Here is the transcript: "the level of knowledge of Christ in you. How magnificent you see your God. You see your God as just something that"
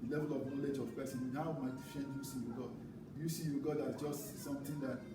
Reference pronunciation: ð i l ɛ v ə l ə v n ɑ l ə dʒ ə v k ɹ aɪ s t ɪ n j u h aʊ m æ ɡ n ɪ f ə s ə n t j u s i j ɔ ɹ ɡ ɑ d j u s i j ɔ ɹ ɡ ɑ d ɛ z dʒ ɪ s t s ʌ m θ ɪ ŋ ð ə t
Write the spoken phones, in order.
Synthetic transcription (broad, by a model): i l ɛ v ə l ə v n ɑ l ə dʒ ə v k ɹ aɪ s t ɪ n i h aʊ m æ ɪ f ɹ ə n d j u s i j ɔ ɡ ɑ d j u s i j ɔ ɡ ɑ d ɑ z dʒ ɪ s t s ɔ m t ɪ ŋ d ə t